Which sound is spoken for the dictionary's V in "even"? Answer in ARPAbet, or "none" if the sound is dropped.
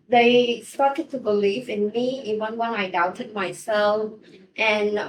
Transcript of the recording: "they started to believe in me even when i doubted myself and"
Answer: W